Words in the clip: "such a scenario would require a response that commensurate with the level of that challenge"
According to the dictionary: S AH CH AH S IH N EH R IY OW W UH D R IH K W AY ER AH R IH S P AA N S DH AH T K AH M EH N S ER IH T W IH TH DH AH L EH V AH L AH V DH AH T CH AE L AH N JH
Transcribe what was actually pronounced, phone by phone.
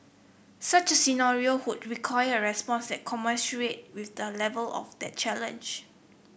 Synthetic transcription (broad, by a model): S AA CH AH S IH N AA R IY OW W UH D R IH K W AY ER AH R IH S P AA N S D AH T K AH M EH S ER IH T W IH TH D AH L EH V AH L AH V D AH T CH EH L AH N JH